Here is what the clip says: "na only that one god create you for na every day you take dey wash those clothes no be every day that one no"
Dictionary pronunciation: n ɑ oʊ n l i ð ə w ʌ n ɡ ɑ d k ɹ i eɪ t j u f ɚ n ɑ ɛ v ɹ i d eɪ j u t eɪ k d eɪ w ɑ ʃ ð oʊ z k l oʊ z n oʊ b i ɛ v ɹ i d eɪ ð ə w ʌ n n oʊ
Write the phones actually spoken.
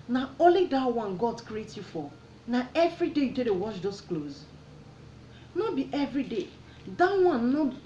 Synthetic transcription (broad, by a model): n ɑ oʊ l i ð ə w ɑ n ɡ ɑ d k ɹ i eɪ t j u f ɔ n ɑ ɛ v ɹ i d eɪ j u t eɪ d eɪ w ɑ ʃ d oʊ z k l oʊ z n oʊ b i ɛ v ɹ i d eɪ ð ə w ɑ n n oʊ